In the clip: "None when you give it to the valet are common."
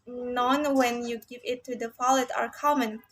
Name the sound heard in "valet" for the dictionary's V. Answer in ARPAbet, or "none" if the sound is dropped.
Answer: F